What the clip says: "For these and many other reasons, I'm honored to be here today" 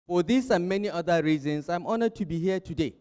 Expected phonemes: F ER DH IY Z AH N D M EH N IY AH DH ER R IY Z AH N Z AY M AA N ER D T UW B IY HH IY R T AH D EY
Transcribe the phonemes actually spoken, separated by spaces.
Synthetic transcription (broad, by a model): F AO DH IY S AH M EH N IY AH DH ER R IY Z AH N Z AY M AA N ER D T UW B IY HH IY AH T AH D EY